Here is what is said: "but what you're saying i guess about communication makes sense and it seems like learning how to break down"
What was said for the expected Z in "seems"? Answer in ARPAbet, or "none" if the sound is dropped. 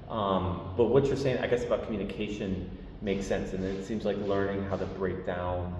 Z